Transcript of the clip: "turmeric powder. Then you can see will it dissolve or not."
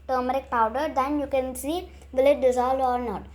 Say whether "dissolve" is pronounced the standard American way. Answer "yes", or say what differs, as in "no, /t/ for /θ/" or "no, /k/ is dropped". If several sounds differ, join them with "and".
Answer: no, /v/ is dropped